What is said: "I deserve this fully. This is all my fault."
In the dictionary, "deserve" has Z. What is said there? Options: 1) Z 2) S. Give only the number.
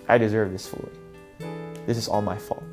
1